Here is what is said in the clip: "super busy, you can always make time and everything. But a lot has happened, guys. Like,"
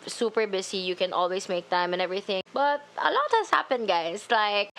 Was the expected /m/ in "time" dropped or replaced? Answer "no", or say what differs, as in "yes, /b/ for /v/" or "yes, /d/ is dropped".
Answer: no